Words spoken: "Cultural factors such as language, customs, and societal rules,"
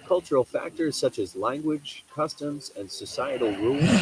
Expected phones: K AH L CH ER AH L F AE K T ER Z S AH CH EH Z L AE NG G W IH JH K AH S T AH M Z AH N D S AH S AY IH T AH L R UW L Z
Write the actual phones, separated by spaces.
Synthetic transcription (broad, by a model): K AH L CH ER L F AE K T ER Z S AH CH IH Z L AE NG G W IH JH K AH S T AH M Z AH N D S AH S AY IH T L R UW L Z